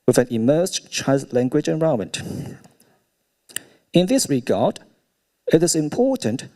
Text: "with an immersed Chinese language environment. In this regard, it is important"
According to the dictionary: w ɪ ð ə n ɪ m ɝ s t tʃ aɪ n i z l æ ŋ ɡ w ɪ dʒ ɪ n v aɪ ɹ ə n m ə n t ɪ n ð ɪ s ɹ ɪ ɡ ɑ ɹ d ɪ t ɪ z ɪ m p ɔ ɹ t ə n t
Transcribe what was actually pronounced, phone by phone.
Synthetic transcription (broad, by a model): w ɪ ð ə n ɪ m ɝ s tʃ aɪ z l æ ŋ ɡ w ɪ dʒ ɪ n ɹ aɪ ə m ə n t ɪ n ð ɪ s ɹ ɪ ɡ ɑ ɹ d ɪ t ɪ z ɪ m p ɔ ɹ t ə n t